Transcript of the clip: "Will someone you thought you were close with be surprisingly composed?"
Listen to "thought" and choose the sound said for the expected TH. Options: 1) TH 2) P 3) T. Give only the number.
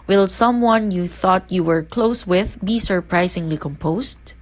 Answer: 1